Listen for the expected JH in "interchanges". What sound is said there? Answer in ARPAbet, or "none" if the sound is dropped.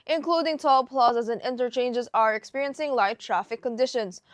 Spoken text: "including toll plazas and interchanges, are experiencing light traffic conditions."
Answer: JH